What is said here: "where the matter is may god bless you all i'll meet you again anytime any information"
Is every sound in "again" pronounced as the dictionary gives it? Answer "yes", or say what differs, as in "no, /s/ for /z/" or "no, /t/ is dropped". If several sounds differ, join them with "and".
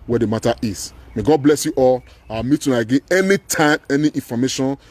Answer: no, /n/ is dropped